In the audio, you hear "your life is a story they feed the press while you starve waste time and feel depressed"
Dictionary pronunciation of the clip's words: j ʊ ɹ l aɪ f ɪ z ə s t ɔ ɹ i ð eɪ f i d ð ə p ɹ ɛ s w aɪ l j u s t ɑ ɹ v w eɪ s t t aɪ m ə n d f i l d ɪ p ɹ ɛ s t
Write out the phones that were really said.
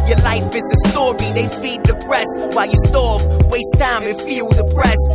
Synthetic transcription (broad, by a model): j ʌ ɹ l aɪ f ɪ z ə s t ɔ ɹ i ð eɪ f i d ð ə p ɹ ɛ s w aɪ l j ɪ s t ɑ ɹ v w eɪ s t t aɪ ə f i l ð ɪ p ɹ ɛ s